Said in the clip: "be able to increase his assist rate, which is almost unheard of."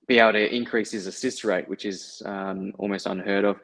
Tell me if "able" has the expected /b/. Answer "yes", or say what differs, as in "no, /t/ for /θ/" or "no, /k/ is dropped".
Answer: no, /b/ is dropped